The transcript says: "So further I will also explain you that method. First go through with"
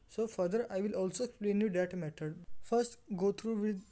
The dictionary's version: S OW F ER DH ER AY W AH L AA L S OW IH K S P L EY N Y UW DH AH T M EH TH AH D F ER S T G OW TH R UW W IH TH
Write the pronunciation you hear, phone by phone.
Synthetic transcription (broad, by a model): S OW F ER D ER AY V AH L AA L S OW IH K S P L EY N Y UW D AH T M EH T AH D F ER S T G OW T R UW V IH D